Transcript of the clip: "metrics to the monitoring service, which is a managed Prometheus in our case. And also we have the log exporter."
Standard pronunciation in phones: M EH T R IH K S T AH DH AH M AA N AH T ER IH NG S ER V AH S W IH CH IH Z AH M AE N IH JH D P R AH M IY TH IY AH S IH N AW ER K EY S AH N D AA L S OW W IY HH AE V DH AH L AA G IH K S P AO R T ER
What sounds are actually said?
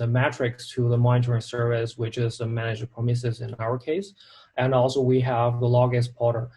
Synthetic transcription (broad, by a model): M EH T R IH K S T AH DH AH M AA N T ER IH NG S ER V AH S W IH CH IH Z AH M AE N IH JH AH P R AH M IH S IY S IH N AW ER K EY S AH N AA L S OW W IY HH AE V DH AH L AA G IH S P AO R T ER